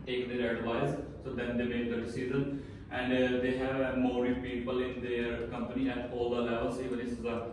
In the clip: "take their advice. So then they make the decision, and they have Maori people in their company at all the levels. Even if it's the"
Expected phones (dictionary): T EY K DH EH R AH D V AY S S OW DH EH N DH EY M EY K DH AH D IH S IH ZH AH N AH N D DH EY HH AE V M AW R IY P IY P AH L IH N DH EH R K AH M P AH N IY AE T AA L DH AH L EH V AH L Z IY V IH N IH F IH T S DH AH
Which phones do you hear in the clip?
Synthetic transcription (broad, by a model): T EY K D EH R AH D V AY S S OW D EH N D EY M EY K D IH S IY Z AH N AH N D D EY HH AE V M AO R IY P IY P AH L IH N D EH R K AH M P AH N IY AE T AA L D AH L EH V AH L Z IY V IH N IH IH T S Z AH